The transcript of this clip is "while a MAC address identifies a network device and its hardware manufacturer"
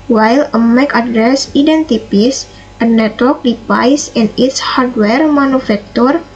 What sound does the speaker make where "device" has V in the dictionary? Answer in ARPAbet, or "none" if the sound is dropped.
P